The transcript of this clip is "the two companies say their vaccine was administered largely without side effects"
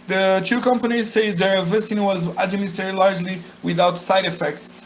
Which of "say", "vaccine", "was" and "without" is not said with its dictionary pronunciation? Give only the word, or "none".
vaccine